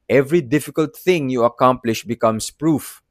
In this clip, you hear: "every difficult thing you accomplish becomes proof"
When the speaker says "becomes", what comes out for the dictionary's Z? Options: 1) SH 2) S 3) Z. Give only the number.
2